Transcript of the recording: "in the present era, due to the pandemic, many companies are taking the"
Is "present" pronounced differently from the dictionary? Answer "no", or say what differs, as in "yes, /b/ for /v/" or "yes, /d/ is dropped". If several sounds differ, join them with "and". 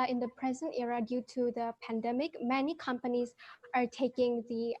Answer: no